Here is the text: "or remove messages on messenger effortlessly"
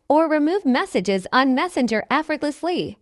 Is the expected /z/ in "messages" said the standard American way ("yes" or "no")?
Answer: yes